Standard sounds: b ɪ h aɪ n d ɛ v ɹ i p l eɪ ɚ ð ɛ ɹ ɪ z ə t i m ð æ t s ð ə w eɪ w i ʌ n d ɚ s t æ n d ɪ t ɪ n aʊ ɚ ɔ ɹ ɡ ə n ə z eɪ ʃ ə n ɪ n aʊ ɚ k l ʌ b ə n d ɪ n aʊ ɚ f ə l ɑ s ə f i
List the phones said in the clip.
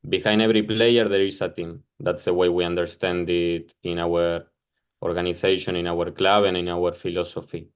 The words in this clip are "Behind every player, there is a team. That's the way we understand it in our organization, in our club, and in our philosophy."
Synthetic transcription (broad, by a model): b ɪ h aɪ n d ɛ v ɹ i p l eɪ ɚ ð ɛ ɹ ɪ s ə t i m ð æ t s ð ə w eɪ w i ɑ n d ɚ s t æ n d ɪ t ɪ n aʊ ɚ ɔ ɹ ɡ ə n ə s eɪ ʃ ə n ɪ n aʊ ɚ k l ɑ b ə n ɪ n aʊ ɚ f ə l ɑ s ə f i